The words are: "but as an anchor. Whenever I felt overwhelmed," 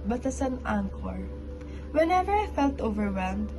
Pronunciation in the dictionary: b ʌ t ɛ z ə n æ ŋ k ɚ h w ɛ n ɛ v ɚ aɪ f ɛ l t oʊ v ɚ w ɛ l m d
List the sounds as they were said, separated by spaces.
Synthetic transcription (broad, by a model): b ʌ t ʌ s ə n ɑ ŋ k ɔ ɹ w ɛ n ɛ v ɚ aɪ f ɛ l t oʊ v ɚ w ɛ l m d